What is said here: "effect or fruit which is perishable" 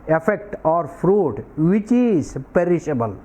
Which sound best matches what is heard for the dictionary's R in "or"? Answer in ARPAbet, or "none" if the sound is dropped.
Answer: R